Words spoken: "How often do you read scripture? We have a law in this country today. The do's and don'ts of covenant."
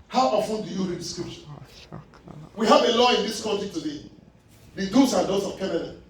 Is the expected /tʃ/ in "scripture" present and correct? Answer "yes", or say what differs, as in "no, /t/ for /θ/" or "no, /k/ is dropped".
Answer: no, /ʃ/ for /tʃ/